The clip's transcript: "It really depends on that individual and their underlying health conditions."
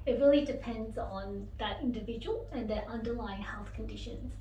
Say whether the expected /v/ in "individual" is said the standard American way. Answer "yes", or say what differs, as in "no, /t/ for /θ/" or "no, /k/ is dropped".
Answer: yes